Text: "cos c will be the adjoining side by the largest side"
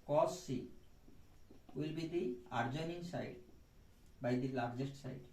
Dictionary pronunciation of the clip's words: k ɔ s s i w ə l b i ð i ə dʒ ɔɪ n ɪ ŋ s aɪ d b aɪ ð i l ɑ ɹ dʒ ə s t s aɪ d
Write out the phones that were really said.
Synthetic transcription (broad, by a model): k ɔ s s i w ə l b i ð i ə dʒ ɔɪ n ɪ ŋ s aɪ d b aɪ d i l ɑ ɹ dʒ ə s t s aɪ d